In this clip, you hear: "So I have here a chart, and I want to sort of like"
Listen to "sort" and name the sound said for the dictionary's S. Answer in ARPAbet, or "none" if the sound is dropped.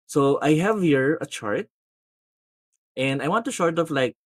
SH